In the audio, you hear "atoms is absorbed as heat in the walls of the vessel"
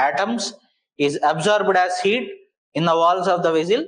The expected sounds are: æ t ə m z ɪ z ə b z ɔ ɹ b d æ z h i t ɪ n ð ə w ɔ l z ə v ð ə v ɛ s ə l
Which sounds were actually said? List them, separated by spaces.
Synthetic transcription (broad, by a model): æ t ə m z ɪ z ə b z ɔ ɹ b d æ z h i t ɪ n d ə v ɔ l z ə v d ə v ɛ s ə l